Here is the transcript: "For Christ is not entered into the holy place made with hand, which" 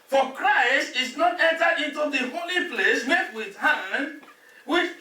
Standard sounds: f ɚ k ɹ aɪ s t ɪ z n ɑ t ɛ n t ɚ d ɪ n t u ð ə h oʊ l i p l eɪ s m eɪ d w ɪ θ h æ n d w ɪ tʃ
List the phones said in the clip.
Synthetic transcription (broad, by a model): f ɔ k ɹ aɪ s t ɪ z n ɑ t ɛ n t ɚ ɪ n t u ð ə h oʊ l i p l eɪ s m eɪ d w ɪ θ h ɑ n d w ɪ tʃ